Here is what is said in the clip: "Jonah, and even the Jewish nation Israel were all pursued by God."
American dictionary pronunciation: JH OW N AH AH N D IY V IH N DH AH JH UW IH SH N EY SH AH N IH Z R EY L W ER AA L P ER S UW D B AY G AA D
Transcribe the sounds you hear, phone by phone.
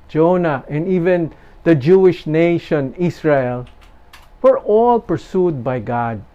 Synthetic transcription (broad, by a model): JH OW N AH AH N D IY V IH N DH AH JH UW IH SH N EY SH AH N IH S R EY L W ER AA L P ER S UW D B AY G AA D